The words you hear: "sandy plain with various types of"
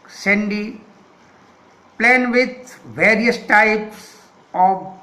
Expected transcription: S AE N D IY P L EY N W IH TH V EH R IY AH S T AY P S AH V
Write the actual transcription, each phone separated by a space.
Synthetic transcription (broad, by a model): S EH N D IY P L EY N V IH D V EH R IY AH S T AY P S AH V